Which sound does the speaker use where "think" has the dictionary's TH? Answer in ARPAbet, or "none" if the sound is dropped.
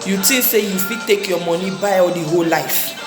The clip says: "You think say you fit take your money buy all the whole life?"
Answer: T